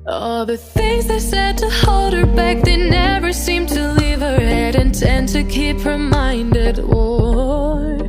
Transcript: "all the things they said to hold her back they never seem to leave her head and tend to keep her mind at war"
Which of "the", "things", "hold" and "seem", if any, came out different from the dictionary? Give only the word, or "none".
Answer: none